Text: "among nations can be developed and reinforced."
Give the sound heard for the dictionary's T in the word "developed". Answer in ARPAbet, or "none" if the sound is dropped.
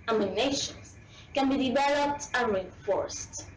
T